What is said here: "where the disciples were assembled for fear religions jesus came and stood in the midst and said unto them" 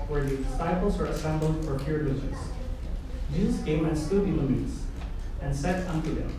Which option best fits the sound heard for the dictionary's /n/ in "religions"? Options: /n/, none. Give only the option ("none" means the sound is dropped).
none